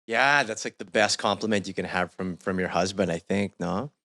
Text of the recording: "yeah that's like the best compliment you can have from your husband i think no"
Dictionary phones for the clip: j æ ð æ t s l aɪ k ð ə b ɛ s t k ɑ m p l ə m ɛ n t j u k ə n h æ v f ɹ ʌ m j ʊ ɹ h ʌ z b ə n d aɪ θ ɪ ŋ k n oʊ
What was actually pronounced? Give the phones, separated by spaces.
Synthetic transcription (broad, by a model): j æ ð æ t s l aɪ k ð ə b ɛ s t k ɑ m p l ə m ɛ n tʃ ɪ k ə n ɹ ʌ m f ɹ ʌ m j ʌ ɹ h ʌ z b ə n d aɪ θ ɪ ŋ k n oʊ